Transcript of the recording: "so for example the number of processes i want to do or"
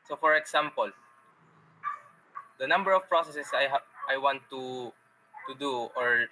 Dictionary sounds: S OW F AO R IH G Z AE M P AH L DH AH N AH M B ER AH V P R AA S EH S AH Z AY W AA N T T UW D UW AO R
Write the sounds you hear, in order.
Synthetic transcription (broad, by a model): S OW F AO R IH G S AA M P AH L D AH N AH M B ER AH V P R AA S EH S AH S AY W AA N T T UW D UW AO R